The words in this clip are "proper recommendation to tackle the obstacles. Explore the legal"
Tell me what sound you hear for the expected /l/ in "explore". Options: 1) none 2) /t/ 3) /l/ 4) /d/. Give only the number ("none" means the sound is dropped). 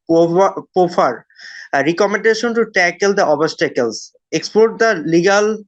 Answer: 1